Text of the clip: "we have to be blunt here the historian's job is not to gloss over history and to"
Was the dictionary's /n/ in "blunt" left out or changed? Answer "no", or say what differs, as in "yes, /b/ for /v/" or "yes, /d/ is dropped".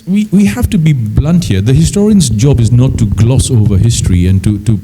no